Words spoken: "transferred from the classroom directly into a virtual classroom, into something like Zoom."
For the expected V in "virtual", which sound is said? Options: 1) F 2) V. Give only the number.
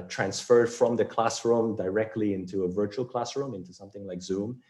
2